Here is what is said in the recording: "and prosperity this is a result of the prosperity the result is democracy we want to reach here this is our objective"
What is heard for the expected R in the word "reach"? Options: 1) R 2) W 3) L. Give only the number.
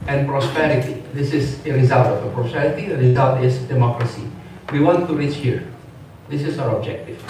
1